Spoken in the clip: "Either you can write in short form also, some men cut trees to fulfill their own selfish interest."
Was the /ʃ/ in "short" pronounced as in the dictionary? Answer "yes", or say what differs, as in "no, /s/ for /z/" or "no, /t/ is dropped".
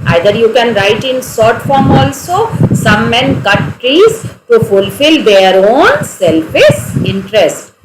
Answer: no, /s/ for /ʃ/